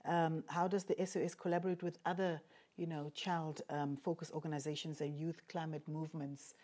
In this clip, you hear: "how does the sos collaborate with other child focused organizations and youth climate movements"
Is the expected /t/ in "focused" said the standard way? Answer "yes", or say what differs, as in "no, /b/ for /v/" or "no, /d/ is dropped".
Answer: no, /t/ is dropped